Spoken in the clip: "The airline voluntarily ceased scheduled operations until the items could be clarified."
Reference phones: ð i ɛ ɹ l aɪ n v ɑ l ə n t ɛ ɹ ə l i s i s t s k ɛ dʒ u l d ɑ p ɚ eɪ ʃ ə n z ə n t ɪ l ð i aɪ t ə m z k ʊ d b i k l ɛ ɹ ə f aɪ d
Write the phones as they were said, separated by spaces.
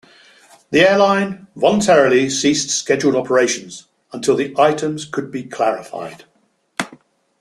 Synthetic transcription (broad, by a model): ð i ɛ l aɪ n v ɑ l ə n t ɛ ɹ ə l i s i s t s k ɛ dʒ u l d ɑ p ɚ eɪ ʃ ə n z ə n t ɪ l ð i aɪ t ə m z k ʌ d b i k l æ ɹ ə f aɪ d